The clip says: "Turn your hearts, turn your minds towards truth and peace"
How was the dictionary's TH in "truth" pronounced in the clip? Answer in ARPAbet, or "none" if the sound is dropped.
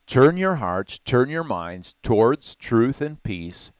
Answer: TH